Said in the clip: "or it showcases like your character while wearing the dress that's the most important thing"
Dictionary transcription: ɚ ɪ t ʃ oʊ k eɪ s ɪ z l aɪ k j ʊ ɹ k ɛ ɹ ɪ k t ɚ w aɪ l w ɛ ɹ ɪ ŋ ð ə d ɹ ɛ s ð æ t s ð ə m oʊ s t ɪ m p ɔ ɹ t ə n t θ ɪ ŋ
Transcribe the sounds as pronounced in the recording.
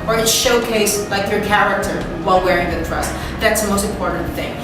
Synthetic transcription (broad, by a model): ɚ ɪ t ʃ oʊ k eɪ ɪ s l aɪ k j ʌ ɹ k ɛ ɹ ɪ k t ɚ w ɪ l w ɛ ɹ ɪ ŋ ð ə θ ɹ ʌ s ð æ t s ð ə m oʊ s t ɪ m p ɔ ɹ t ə n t θ ɪ ŋ